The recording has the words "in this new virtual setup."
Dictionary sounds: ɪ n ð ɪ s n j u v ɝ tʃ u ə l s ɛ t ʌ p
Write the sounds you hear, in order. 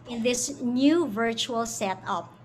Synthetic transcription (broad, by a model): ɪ n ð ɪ s n j u v ɝ tʃ u ə l s ɛ t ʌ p